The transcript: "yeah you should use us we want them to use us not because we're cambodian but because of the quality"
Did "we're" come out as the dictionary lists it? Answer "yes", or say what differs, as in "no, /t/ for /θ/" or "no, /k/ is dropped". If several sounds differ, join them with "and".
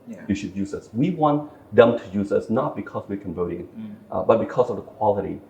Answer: yes